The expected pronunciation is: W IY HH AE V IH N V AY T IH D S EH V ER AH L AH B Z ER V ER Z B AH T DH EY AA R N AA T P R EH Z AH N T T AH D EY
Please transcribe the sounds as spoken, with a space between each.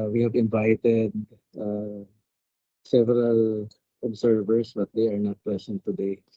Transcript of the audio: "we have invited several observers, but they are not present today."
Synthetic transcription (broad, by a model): W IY HH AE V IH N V AY T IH D S EH V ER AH L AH B S ER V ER S B AH T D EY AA R N AA T P L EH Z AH N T T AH D EY